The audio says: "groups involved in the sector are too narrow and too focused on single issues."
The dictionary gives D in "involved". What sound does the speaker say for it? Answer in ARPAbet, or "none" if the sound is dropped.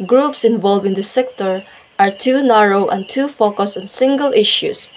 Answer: none